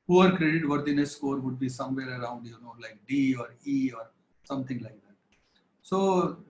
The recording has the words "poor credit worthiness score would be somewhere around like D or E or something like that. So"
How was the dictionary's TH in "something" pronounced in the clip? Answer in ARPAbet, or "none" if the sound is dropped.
T